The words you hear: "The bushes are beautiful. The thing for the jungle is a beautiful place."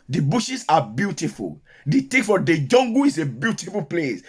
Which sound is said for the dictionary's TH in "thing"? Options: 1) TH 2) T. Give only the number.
2